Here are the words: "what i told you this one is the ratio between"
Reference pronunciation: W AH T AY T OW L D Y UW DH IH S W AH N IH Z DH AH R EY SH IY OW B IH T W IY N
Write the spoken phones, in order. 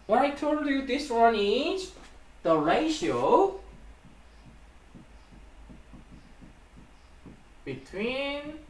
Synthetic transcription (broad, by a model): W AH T AY T OW L D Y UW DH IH S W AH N IH Z DH AH R EY SH IY OW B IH T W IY N